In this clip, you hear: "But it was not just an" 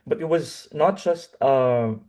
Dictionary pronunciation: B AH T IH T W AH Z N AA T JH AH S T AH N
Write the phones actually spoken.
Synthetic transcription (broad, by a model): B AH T IH T W AH Z N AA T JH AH S T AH